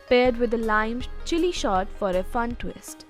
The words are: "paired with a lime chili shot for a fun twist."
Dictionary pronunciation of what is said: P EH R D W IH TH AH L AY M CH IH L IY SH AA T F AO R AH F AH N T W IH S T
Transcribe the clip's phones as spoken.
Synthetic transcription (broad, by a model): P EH R D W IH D AH L AY M CH IH L IY SH AA T F AO R AH F AH N T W IH S T